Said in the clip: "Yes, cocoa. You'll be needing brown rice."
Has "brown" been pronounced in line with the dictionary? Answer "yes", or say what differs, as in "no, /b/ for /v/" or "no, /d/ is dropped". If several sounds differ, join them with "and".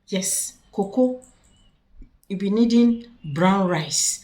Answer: yes